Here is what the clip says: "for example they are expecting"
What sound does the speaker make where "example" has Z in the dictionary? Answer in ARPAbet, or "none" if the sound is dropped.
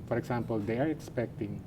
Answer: S